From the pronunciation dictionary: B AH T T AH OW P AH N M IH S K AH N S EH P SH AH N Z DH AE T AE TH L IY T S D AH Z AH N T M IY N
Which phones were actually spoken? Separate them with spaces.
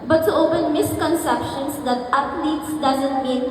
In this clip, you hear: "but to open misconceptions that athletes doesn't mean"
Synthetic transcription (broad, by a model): B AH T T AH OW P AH N M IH S K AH N S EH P SH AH N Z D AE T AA T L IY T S D AH Z AH N T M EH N